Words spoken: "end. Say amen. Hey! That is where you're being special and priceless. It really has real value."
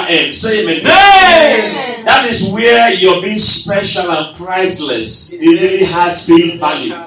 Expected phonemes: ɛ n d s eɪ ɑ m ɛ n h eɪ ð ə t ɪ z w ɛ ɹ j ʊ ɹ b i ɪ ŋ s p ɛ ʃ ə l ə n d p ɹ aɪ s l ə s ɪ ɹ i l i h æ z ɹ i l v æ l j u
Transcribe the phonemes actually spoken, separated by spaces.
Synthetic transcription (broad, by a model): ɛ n s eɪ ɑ m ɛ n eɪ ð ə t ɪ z w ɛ j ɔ b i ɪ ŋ s p ɛ ʃ ə l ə n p ɹ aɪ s l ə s ɪ ɹ i l i h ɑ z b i n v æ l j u